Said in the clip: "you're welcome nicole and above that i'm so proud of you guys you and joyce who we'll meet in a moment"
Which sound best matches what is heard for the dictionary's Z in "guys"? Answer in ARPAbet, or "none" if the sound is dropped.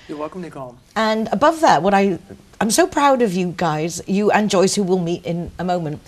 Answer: Z